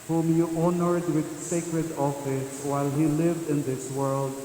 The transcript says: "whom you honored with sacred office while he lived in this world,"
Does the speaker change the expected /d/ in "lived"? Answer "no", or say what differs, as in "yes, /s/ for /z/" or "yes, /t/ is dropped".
no